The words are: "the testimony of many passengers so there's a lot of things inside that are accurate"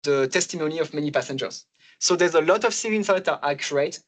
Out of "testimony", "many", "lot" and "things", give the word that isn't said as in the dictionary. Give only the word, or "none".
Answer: things